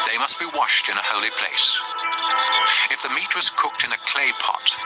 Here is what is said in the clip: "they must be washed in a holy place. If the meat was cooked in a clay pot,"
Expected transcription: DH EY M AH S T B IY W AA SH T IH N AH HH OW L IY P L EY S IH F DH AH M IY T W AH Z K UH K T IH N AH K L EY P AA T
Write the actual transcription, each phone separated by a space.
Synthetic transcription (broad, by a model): DH EY M AH S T B IY W AA SH T IH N AH HH OW L IY P L EY S IH F DH AH M IY T W AH Z K UH K T IH N AH K L EY P AA T